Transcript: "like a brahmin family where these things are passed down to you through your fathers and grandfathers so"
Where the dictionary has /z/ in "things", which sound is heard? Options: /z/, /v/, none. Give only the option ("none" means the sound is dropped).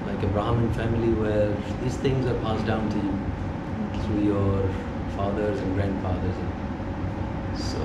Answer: /z/